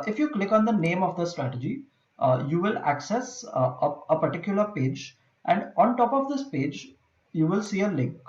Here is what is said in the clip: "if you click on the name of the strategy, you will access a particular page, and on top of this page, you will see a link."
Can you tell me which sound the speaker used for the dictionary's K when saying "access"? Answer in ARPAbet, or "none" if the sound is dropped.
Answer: K